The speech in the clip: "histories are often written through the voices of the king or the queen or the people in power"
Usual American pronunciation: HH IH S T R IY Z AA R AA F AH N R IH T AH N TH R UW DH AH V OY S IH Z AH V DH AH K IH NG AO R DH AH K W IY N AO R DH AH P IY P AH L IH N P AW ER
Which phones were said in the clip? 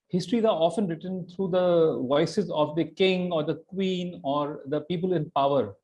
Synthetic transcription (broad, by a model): HH IH S T R IY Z AA R AA F AH N R IH T AH N T R UW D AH V OY S IH Z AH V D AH K IH NG AO R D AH K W IY N AO R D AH P IY P AH L IH N P AW ER